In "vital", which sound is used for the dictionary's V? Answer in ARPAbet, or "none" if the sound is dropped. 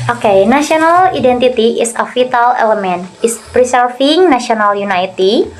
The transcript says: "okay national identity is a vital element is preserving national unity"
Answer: F